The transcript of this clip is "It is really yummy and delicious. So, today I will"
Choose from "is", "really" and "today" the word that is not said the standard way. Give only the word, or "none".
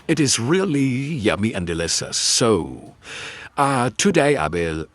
none